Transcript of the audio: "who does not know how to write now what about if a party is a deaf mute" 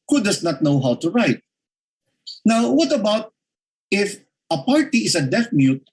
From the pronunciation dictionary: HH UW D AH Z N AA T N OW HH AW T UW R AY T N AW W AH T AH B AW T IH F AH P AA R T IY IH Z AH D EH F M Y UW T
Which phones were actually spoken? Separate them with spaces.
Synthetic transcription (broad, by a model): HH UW D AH S N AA T N OW HH AW T UW R AY T N AW W AH T AH B AW T IH F AH P AA R T IY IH S AH D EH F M Y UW T